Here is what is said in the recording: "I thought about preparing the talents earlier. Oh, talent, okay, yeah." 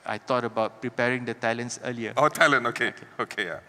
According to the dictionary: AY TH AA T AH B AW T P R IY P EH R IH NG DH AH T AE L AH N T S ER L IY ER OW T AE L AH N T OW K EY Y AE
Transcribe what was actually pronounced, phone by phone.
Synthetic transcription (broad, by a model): AY T AA T AH B AW T P R IY P EH R IH NG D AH T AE L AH N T S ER L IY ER OW T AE L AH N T OW K EY Y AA